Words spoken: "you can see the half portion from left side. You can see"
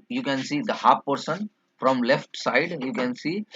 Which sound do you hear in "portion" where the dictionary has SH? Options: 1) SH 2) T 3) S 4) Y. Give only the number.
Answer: 3